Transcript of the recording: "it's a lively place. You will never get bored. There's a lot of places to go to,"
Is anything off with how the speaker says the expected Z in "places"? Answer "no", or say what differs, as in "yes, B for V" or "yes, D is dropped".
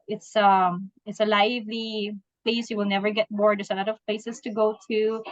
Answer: yes, S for Z